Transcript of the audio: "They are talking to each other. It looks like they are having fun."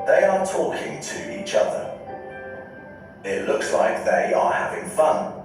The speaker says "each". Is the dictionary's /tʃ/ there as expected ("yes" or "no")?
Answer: yes